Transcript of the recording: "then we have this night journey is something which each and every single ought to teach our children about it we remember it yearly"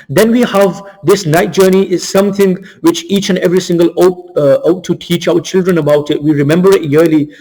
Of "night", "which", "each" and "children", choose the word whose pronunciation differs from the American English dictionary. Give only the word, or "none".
none